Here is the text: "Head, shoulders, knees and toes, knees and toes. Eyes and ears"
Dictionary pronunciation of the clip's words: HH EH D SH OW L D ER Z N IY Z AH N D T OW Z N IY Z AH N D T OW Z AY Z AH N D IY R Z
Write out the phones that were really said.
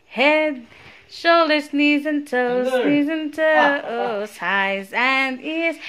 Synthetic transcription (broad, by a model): HH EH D SH OW L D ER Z N IY Z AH N T OW Z N IY Z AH N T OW S AY Z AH N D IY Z